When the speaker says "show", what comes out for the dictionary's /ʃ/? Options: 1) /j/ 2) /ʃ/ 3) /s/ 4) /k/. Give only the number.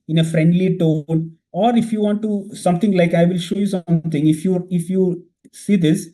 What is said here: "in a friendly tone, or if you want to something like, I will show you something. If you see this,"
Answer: 2